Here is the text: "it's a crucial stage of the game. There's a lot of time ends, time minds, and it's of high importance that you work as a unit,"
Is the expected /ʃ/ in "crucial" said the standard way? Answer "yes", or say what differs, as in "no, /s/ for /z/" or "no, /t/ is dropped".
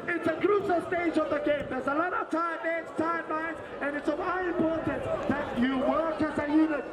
no, /s/ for /ʃ/